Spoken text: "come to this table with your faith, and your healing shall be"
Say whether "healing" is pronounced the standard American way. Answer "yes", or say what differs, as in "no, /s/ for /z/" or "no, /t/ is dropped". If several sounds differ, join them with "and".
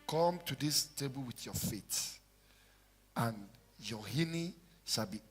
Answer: no, /n/ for /l/